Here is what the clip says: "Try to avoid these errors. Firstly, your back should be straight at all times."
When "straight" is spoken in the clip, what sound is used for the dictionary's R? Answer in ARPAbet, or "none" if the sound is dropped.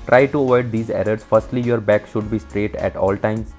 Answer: R